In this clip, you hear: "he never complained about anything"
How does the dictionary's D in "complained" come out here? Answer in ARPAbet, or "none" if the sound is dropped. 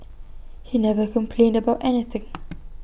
D